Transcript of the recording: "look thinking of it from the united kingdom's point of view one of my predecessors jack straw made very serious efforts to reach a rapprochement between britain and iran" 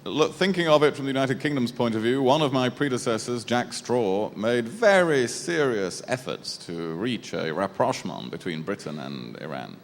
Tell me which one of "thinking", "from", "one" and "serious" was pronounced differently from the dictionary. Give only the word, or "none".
none